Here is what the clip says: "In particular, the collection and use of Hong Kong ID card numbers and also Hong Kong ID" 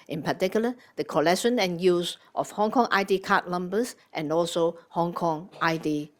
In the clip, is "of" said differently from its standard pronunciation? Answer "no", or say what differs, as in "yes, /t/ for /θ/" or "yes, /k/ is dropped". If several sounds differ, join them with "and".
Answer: yes, /f/ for /v/